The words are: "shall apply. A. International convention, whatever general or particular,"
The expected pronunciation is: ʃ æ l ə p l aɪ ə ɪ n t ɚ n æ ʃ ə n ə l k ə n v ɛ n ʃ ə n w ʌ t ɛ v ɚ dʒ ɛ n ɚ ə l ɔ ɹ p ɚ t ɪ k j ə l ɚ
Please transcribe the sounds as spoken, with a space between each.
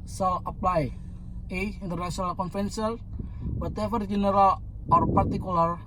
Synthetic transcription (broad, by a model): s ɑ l ə p l aɪ ə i n t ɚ n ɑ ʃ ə n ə l k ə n f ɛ n s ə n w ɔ t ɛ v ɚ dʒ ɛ n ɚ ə l ɔ ɹ p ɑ t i k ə l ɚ